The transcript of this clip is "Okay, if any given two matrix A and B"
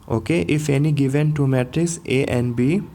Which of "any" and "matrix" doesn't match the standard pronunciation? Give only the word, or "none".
matrix